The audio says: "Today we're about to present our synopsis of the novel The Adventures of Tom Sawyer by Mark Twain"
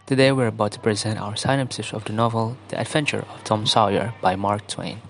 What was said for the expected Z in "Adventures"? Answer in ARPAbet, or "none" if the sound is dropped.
none